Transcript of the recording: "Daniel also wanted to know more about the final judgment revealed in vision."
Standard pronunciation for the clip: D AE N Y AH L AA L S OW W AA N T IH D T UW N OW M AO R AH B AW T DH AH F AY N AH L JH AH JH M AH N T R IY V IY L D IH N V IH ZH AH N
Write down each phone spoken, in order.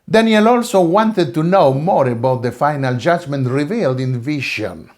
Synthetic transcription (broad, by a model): D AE N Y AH L AA L S OW W AA N T IH D T UW N OW M AO R AH B AW T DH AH F AY N AH L JH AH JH M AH N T R IY V IY L D IH N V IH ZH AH N